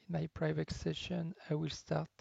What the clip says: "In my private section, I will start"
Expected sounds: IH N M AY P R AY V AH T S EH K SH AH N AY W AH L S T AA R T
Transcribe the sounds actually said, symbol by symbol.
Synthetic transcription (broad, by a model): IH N M AY P R AY V AH T S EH SH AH N AY W AH L S T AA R T